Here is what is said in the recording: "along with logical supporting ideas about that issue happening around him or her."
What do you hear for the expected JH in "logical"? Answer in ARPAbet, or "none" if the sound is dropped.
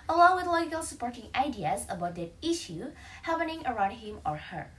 none